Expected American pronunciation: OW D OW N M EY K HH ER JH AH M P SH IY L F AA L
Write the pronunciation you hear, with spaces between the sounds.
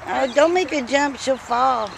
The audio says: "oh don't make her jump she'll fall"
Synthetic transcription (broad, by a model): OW D OW N M EY K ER JH AH M P S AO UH F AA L